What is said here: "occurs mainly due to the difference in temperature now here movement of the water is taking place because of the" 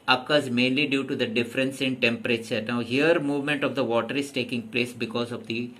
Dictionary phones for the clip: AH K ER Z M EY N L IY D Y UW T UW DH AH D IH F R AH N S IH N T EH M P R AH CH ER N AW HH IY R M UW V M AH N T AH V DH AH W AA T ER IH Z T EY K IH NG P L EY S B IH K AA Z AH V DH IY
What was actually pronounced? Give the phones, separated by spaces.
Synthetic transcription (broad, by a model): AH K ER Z M EY N L IY D Y UW T UW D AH D IH F R AH N S IH N T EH M P R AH CH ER N AW HH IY R M UW V M AH N T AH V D AH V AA T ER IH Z T EY K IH NG P L EY S B IH K AA Z AH V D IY